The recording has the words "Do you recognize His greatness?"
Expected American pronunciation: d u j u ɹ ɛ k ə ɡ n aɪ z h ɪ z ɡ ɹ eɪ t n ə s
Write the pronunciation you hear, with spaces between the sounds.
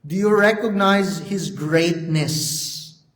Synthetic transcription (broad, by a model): d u j u ɹ ɛ k ə ɡ n aɪ z h ɪ z ɡ ɹ eɪ t n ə s